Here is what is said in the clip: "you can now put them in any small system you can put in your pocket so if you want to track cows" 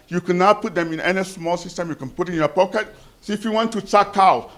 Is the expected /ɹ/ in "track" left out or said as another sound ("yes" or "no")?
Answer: yes